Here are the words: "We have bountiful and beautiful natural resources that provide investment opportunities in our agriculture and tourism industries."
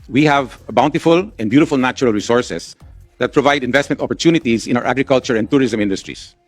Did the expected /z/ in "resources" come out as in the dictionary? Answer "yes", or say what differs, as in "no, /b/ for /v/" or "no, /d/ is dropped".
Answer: no, /s/ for /z/